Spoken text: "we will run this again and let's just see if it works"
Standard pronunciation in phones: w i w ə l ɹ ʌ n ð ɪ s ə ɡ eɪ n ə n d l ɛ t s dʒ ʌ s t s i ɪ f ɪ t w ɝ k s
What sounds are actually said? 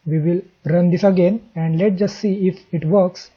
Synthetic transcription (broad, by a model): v i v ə l ɹ ʌ n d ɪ s ə ɡ eɪ n ə n d l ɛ t dʒ ʌ s t s i ɪ f ɪ t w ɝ k s